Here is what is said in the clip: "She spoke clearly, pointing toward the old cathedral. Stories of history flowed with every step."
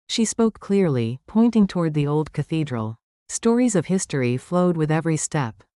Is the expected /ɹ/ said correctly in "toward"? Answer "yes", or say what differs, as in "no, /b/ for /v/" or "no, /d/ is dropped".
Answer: yes